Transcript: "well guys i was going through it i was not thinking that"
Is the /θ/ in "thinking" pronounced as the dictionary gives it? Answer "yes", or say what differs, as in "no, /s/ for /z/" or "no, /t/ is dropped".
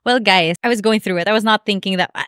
yes